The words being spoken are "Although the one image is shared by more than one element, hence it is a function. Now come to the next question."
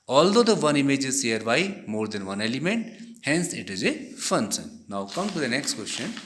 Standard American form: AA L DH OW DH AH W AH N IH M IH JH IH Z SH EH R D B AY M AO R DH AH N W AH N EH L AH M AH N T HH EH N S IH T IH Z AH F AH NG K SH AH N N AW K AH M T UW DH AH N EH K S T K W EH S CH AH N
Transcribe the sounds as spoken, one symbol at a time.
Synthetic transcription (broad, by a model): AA L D OW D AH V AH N IH M IH JH IH Z S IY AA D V AY M AO R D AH N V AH N EH L AH M AH N T HH EH N S IH T IH Z AH F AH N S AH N N AW K AH M T UW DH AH N EH K S T K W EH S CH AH N